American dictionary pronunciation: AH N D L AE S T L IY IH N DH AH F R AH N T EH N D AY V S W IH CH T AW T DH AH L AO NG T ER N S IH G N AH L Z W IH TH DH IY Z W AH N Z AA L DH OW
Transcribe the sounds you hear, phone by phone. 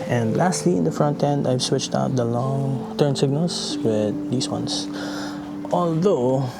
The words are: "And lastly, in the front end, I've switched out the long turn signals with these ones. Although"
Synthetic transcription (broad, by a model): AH N D L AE S T L IY IH N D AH F R AH N T EH N D AY V S W IH CH T AW T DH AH L AO NG T ER N S IH G N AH L S W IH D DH IY S W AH N S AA L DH OW